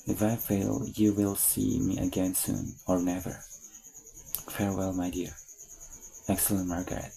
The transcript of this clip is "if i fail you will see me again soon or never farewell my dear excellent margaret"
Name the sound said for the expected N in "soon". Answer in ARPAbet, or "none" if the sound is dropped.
N